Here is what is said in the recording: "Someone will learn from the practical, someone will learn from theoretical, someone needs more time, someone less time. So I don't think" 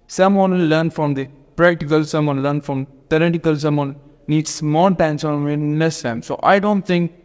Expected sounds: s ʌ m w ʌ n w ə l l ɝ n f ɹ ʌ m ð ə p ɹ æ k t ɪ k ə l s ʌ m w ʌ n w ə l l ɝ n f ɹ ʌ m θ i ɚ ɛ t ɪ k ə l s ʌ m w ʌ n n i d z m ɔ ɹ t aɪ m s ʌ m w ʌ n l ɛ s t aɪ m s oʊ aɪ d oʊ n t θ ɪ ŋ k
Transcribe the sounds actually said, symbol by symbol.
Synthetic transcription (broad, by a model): s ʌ m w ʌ n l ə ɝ n f ɹ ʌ m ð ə p ɹ æ k t ɪ k ə l s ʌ m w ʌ n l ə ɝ n f ɹ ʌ m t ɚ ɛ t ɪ k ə l s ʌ m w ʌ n n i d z m ɔ l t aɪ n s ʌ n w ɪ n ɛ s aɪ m s oʊ aɪ d oʊ n t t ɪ ŋ k